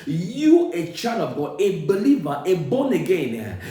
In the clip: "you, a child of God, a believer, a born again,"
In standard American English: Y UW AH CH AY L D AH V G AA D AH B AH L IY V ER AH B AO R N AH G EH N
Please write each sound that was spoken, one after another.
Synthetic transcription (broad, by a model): Y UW AH CH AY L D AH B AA AH B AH L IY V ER AH B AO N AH G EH N